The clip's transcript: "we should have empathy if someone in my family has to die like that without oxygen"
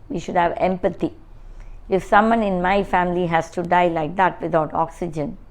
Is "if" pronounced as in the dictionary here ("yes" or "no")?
yes